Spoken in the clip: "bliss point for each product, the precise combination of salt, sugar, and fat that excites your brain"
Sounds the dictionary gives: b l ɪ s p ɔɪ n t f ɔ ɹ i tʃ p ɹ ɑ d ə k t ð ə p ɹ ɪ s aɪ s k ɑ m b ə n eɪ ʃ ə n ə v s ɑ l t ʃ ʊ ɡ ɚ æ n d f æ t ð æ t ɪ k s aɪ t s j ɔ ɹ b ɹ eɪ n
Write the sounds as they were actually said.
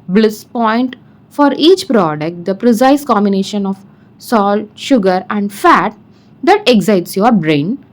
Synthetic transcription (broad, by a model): b l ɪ s p ɔɪ n t f ɔ ɹ i tʃ p ɹ ɑ d ə k t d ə p ɹ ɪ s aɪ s k ɑ m b ə n eɪ ʃ ə n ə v s ɑ l t ʃ ʊ ɡ ɚ æ n d f æ t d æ t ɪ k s aɪ t s j ɔ ɹ b ɹ eɪ n